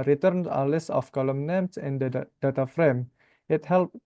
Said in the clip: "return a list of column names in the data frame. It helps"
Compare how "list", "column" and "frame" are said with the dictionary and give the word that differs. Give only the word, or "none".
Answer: list